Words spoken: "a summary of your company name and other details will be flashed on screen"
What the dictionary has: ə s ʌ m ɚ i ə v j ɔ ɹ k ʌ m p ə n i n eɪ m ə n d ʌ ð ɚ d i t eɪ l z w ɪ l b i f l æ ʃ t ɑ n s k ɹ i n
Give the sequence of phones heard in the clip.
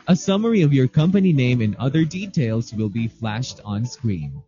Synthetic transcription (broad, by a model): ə s ʌ m ɚ i ə v j ɔ ɹ k ʌ m p ə n i n eɪ m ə n ʌ ð ɚ d i t eɪ l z w ɪ l b i f l æ ʃ t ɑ n s k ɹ i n